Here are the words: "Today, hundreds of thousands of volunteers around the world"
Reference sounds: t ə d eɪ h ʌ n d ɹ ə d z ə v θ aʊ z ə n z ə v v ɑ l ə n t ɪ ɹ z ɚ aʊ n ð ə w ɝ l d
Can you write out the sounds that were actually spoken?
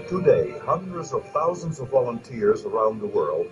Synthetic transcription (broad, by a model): t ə d eɪ h ʌ n d ɹ ə d z ə v θ aʊ z ə n z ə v v ɑ l ə n t ɪ ɹ z ɚ aʊ n ð ə w ɝ l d